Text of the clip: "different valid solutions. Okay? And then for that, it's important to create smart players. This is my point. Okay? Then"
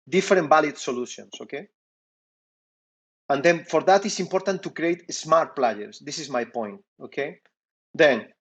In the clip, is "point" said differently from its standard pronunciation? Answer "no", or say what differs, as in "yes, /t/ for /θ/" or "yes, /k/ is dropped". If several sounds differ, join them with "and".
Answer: no